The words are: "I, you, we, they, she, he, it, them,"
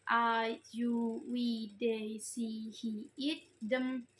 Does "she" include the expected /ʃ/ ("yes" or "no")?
no